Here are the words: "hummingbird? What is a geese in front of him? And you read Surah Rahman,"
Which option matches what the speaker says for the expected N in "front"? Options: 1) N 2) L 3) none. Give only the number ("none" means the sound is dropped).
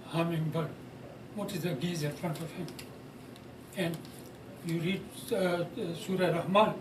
1